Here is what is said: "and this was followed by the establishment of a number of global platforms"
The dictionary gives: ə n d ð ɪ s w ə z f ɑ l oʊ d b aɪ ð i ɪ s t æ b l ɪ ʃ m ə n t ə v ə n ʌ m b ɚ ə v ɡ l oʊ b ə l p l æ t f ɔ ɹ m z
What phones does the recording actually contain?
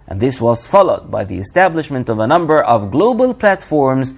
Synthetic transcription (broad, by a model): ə n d ð ɪ s w ə z f ɑ l oʊ d b aɪ ð i ɪ s t æ b l ɪ ʃ m ə n t ə v ə n ʌ m b ɚ ə v ɡ l oʊ b ə l p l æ t f ɔ ɹ m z